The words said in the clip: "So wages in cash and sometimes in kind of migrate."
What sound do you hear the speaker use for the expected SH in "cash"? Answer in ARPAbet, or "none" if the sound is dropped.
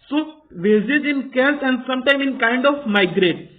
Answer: S